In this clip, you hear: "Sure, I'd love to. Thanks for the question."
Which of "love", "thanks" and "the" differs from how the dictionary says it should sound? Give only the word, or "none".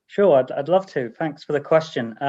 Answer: none